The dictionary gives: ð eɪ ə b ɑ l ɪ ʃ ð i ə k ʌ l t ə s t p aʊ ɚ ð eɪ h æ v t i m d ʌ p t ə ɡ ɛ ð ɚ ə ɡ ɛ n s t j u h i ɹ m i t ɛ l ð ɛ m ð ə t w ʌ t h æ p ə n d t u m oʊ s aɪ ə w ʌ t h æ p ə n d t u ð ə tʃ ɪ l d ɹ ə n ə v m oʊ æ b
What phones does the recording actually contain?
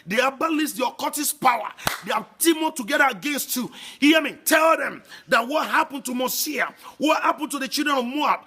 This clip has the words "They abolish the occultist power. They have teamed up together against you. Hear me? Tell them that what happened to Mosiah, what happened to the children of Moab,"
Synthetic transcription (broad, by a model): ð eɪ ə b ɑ l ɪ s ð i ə k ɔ t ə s p aʊ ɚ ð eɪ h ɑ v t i m ʌ t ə ɡ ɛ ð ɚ ə ɡ ɛ n s t j u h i m i t ɛ l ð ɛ m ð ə t w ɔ t h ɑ p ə n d t u m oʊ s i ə w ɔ t h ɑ p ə n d t u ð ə tʃ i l d ɹ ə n ə v m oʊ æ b